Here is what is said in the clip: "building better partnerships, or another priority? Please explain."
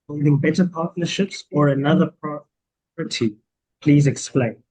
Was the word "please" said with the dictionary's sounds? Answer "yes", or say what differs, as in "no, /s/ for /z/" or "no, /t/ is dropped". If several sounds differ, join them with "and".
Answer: yes